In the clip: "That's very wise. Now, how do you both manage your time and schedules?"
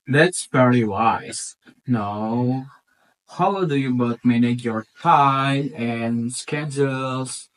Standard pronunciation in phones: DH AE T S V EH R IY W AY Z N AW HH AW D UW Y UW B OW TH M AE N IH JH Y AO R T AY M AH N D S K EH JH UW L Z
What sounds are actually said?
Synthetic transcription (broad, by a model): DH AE T S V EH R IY W AY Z N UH HH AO D UW Y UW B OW T M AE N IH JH Y AO R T AY AH N S K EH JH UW L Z